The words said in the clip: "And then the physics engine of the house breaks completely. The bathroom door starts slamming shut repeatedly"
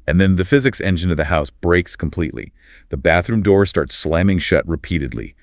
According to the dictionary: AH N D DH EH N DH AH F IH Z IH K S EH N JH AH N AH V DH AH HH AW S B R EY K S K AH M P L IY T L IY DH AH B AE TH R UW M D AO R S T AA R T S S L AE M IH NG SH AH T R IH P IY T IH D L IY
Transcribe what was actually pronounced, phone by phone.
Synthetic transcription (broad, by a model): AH N DH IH N DH AH F IH Z IH K S EH N JH AH N AH V DH AH HH AW S B R EY K S K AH M P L IY T L IY DH AH B AE TH R UW M D AO R S T AA R T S S L AE M IH NG SH AH T R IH P IY T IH D L IY